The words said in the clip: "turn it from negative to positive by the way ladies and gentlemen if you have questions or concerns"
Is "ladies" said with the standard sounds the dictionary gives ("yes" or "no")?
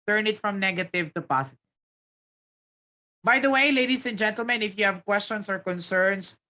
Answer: no